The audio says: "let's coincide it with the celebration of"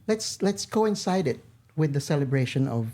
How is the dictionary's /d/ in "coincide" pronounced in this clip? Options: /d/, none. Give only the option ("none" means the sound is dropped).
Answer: /d/